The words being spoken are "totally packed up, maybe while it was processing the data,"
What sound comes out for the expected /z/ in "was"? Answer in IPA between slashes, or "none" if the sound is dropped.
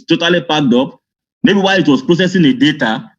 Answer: /s/